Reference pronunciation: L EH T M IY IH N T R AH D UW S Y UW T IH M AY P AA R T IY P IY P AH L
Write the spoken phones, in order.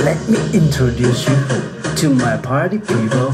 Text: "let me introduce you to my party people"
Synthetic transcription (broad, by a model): L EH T M IY IH N T R AH D UW S Y UW T IH M AY P AA R T IY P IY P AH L